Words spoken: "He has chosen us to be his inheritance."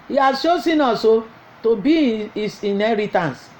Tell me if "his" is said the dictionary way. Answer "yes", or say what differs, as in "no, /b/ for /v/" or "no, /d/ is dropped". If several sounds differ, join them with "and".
no, /s/ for /z/